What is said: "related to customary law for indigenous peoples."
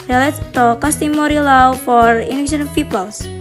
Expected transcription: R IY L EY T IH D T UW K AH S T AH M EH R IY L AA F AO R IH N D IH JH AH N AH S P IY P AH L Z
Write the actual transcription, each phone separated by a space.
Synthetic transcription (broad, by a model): R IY L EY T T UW K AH S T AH M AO R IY L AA F AO R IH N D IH SH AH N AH P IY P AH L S